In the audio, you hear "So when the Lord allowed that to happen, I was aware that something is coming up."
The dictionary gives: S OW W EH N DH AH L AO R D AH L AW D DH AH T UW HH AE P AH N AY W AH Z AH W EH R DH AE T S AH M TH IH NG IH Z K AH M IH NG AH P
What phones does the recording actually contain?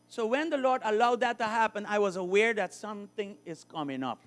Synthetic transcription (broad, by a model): S OW W EH N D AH L AO R D AH L AW D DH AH T UW HH AE P AH N AY W AH Z AH W EH R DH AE T S AH M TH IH NG IH Z K AH M IH NG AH P